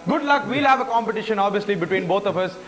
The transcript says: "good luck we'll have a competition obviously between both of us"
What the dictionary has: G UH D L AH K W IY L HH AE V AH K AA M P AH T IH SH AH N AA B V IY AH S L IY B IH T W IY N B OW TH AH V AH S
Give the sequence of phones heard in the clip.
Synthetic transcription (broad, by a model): G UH D L AH K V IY L HH AE V AH K AA M P AH T IH SH AH N AA B V IY AH S L IY B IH T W IY N B OW T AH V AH S